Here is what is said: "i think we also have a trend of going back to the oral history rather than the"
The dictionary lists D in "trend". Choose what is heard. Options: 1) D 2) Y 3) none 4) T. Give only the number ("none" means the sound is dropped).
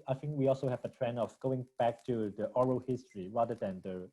3